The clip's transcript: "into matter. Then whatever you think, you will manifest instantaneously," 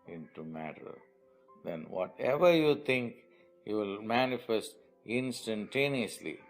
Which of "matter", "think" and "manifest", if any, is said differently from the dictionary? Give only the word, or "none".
think